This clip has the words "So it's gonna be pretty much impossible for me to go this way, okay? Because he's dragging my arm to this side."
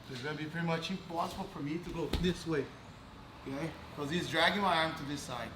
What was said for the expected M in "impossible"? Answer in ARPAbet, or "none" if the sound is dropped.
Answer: none